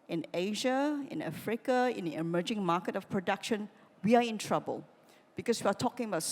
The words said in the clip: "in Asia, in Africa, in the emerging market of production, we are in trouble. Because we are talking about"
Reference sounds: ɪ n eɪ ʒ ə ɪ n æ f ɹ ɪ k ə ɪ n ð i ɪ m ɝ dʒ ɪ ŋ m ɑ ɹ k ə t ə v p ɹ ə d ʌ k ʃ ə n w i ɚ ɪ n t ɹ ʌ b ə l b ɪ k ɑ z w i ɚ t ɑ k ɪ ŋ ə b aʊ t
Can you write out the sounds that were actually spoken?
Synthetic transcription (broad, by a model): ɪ n eɪ ʒ ə ɪ n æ f ɹ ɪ k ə ɪ n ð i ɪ m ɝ dʒ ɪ ŋ m ɑ k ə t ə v p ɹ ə d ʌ k ʃ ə n w i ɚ ɪ n t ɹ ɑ b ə l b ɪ k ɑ s w i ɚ t ɑ k ɪ ŋ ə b aʊ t